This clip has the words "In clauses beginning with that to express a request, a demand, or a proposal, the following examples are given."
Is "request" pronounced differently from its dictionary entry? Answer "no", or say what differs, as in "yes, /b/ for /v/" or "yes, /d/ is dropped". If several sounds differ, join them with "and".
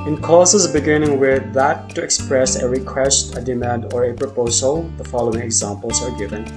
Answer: no